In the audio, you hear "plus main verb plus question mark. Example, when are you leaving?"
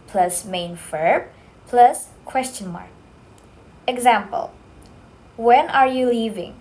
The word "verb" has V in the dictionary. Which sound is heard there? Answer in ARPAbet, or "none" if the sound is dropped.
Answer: F